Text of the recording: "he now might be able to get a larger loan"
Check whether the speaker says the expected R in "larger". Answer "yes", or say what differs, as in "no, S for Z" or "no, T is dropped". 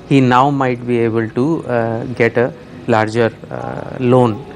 yes